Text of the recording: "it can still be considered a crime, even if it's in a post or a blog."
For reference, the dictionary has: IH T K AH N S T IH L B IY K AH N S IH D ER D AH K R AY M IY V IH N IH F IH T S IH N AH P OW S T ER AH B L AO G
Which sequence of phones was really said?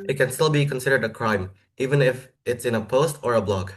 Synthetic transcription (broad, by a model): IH T K AH N S T IH L B IY K AH N S IH D ER D AH K R AY M IY V IH N IH F IH T S IH N AH P OW S T ER AH B L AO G